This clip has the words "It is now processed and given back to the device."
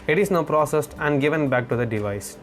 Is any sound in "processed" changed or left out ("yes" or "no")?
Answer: no